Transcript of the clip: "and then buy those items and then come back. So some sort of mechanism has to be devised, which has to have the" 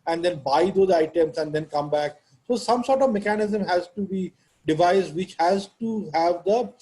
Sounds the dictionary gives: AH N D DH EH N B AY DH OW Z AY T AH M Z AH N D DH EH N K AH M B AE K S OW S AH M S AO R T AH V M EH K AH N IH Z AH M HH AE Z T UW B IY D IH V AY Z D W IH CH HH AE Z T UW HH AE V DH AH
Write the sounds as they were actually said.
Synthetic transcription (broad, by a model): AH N D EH N B AY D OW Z AY T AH M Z AH N D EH N K AH M B AE K S OW S AH M S AO R T AH V M EH K AH N IH Z AH M HH AE Z T UW B IY D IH V AY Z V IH CH HH AE Z T UW HH AE V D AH